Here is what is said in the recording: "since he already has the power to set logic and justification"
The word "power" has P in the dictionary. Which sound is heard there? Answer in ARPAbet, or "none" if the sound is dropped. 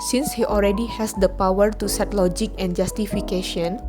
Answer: P